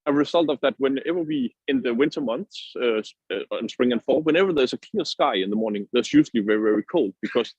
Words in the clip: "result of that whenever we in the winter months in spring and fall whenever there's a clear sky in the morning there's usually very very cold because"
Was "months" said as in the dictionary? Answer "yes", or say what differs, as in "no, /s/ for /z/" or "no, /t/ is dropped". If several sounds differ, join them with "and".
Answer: yes